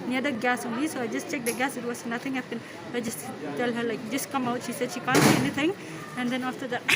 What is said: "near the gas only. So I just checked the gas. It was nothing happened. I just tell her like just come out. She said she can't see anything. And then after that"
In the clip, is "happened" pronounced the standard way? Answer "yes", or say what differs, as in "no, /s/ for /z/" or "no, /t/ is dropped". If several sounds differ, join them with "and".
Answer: no, /d/ is dropped